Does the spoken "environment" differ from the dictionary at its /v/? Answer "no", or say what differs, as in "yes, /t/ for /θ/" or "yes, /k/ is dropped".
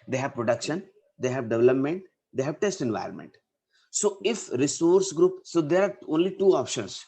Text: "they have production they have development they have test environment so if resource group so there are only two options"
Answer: no